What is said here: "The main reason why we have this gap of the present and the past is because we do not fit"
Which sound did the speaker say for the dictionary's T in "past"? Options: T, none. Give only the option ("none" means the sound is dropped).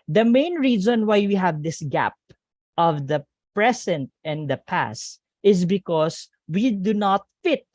T